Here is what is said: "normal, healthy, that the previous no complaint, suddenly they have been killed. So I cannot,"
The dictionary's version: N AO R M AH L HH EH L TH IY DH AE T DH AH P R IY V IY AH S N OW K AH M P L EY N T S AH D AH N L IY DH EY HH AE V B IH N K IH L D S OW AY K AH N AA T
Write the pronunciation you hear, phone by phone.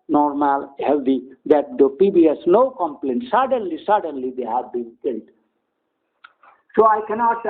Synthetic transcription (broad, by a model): N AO R M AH L HH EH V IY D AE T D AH P IY B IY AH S N OW K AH M P L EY N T S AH D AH N L IY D EY HH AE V B IH N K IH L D S OW AY K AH N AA T